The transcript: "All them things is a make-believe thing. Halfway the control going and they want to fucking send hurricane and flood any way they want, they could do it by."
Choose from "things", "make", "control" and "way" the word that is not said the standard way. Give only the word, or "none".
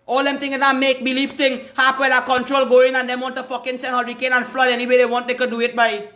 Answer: things